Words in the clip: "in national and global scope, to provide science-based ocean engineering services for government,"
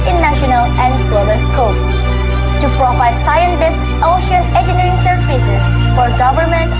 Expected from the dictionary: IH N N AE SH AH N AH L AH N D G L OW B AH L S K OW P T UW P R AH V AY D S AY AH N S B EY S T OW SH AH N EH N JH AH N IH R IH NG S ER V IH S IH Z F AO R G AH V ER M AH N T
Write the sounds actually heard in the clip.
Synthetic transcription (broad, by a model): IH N N AE SH AH N AH L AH N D G L OW B AH L S K OW P T UW P R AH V AY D S AY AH N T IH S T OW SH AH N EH JH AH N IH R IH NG S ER F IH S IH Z F AO R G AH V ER M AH N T